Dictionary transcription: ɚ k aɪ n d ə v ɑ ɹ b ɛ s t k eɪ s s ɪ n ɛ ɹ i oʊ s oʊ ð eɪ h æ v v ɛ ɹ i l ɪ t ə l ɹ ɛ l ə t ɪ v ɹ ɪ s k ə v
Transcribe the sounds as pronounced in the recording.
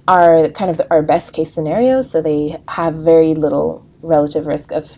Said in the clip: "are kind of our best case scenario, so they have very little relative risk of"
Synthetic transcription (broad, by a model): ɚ k aɪ n d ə v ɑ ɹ b ɛ s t k eɪ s s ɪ n ɛ ɹ i oʊ s oʊ ð eɪ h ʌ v v ɛ ɹ i l ɪ t l ɹ ɛ l ə t ɪ v ɹ ɪ s k ə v